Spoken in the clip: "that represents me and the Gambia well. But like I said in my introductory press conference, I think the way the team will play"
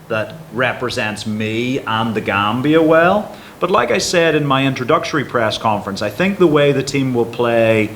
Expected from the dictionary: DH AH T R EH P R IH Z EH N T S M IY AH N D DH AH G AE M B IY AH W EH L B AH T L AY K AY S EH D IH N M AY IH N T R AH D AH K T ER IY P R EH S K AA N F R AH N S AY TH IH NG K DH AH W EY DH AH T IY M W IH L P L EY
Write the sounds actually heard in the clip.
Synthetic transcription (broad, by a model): DH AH T R EH P R IH Z EH N T S M IY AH N DH AH G AE M B IY AH W EH L B AH T L AY K AY S EH D IH N M AY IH N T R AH D AH K T ER IY P R EH S K AA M F R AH N S AY TH IH NG K DH AH W EY DH AH T IY M W IH L P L EY